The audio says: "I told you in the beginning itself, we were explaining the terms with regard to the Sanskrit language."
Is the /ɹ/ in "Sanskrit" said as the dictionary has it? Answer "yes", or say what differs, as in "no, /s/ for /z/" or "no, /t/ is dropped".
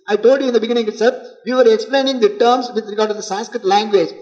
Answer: yes